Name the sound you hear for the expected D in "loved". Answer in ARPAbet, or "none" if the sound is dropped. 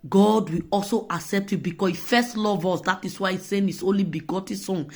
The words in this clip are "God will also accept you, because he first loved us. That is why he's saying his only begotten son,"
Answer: none